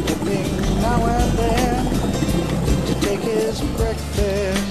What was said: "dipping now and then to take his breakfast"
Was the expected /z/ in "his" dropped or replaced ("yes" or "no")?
no